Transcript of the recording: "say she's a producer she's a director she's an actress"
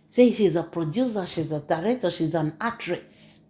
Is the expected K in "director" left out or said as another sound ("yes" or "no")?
yes